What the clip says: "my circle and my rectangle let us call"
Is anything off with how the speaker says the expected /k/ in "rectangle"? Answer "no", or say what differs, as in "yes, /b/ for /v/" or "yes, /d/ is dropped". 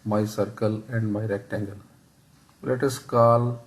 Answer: no